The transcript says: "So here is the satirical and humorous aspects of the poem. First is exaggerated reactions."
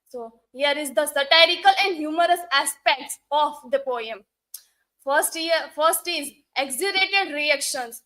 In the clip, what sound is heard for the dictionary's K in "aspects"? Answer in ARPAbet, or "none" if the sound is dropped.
K